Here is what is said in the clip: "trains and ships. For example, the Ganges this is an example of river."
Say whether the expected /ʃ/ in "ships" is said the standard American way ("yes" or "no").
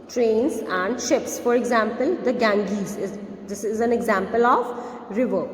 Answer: yes